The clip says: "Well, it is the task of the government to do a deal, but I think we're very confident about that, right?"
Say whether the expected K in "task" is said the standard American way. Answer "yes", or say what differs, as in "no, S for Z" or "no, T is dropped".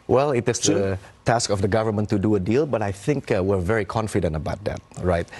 yes